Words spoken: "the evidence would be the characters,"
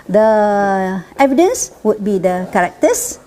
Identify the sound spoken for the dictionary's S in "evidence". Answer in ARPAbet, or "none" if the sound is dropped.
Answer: S